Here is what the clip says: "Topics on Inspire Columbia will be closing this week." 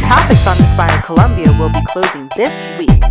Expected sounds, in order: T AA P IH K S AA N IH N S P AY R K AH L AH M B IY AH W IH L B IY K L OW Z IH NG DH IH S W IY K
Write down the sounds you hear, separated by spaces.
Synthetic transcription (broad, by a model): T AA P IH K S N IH S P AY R K AH L AH M B IY AH W IH L B IY K L OW Z IH NG DH IH S W IY K